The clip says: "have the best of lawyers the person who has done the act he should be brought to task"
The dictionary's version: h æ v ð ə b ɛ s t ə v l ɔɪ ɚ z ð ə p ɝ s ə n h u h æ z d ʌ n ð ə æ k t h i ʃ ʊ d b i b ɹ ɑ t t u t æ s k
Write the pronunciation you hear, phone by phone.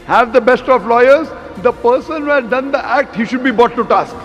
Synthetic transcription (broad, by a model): h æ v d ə b ɛ s t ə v l ɔɪ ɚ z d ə p ɝ s ə n h u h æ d d ʌ n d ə æ k t h i ʃ ʊ d b i b ɑ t t u t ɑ s k